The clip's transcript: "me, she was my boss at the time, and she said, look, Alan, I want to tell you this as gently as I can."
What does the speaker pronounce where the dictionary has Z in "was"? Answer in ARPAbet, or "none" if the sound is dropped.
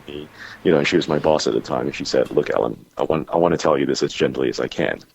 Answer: Z